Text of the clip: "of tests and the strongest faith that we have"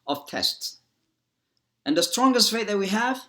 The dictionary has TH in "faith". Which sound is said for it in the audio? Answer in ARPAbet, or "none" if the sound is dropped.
T